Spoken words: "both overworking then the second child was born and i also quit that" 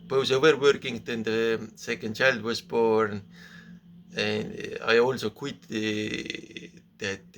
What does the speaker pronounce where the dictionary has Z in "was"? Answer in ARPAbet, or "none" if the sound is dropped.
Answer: S